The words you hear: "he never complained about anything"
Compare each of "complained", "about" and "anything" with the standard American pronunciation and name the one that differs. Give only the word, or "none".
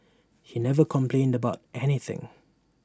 none